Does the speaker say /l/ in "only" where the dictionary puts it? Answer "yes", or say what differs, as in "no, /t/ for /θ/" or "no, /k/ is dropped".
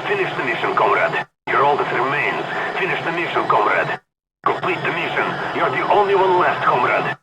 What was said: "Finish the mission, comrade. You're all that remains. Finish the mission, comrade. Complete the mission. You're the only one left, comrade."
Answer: yes